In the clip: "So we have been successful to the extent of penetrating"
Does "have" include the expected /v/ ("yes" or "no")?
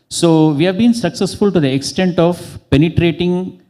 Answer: yes